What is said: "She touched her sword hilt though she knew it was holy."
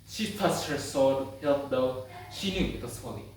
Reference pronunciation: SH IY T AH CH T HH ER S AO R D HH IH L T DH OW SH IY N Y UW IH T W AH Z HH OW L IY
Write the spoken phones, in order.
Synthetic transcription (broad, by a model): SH IY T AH S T HH ER S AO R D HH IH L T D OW SH IY N Y UW IH T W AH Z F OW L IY